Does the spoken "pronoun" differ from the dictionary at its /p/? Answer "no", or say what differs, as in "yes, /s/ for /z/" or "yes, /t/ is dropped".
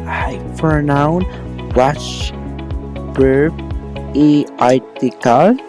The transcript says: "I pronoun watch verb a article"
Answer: yes, /f/ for /p/